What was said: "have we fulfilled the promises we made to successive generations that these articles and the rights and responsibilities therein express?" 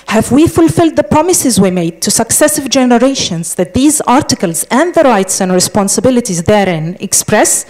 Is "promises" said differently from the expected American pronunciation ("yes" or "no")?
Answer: no